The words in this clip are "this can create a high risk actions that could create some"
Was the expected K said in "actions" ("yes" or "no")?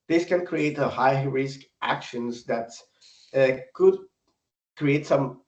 yes